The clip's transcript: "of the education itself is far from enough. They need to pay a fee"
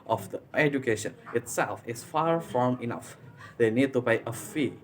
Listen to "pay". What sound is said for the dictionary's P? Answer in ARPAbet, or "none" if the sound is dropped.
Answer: B